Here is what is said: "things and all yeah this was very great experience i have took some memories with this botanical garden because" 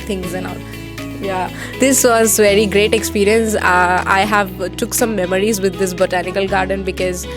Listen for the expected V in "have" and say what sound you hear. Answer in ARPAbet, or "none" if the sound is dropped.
V